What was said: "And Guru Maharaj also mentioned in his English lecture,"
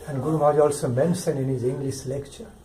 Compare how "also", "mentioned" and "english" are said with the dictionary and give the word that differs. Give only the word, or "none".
mentioned